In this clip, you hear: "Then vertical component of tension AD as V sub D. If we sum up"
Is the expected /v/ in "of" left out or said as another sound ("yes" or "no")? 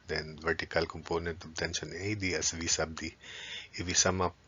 yes